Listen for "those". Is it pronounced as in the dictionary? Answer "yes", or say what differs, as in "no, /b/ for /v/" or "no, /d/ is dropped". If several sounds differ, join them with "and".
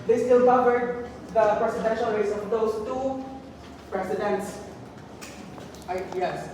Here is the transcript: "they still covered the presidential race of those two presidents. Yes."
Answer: no, /s/ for /z/